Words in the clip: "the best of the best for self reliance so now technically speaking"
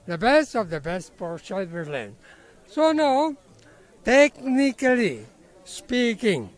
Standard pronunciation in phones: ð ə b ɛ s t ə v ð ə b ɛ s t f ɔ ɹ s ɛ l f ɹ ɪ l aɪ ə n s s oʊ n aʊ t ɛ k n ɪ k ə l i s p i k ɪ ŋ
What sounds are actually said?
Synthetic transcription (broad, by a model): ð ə b ɛ s t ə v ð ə b ɛ s t p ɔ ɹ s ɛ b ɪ l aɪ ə n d s oʊ n aʊ t ɛ k n ɪ k ə l i s p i k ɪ ŋ